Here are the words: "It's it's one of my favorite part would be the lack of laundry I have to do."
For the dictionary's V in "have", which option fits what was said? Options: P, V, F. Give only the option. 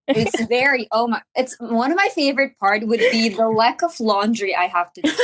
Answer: F